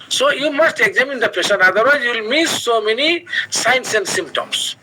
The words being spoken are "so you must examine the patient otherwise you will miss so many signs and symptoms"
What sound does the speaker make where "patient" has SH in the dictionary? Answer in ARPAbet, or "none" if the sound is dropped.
S